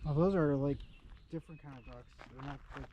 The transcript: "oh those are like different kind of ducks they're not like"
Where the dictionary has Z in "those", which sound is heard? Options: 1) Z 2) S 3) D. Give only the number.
1